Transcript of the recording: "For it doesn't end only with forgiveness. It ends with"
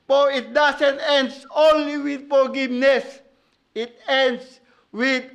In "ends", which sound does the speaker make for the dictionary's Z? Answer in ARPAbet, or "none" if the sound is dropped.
S